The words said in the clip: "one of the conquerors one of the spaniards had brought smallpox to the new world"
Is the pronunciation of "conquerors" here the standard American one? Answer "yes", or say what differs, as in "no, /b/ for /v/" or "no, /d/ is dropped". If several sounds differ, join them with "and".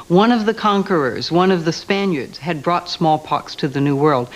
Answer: yes